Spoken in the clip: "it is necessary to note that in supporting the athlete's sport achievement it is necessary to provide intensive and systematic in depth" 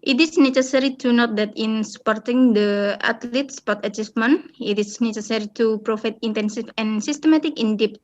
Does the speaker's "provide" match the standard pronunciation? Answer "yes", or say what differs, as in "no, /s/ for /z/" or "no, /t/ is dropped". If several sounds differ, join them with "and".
no, /f/ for /v/